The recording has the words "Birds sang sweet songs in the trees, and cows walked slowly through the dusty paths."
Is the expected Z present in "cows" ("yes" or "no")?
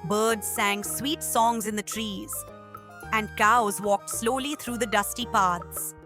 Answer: yes